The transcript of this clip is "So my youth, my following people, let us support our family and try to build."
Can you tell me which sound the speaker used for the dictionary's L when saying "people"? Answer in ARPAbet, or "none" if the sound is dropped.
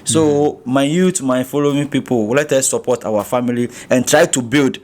W